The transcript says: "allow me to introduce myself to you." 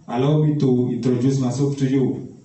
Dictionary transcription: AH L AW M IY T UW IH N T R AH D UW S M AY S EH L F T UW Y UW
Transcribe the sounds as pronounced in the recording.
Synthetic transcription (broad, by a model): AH L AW M IY T UW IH N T R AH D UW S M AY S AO F T UW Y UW